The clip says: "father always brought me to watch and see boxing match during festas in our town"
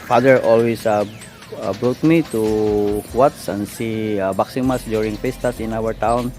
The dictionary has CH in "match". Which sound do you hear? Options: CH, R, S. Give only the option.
S